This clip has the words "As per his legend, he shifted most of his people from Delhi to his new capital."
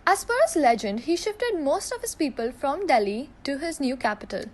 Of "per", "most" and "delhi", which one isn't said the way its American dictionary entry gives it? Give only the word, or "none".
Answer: per